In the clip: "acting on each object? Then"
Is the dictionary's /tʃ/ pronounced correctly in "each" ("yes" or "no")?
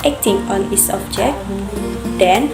no